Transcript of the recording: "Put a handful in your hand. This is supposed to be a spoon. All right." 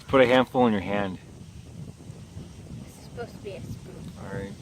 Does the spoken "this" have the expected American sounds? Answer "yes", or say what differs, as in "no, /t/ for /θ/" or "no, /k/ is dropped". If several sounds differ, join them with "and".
no, /s/ is dropped